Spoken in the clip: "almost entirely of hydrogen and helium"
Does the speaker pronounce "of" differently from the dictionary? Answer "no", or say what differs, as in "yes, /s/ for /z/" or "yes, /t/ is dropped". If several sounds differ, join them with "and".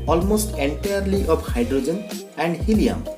yes, /p/ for /v/